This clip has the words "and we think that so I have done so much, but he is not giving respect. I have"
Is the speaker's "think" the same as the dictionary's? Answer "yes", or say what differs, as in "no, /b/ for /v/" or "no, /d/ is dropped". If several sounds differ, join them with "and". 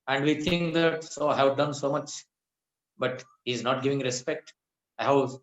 no, /t/ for /θ/